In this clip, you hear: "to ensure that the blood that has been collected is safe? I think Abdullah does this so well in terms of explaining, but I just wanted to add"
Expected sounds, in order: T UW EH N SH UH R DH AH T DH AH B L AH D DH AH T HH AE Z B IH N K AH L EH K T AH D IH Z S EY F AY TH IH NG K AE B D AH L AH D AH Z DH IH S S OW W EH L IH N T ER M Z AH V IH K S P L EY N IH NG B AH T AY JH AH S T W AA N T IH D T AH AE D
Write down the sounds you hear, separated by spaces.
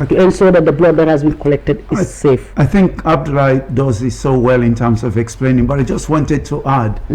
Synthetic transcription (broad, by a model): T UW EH N S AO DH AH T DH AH B L AH D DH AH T HH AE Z B IH N K AH L EH K T AH D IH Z S EY F AY TH IH NG K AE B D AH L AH D AH Z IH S S OW W EH L IH N T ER M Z AH V IH K S P L EY N IH NG B AH T AY JH AH S T W AA N T IH D T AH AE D